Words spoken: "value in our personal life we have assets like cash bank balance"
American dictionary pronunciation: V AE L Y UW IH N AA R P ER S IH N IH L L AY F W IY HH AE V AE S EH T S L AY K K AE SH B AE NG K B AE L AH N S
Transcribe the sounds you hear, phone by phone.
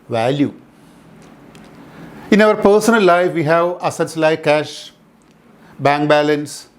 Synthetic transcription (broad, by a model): V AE L Y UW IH N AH R P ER S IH N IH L L AY F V IY HH AE V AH S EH T S L AY K K AE SH B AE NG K B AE L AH N S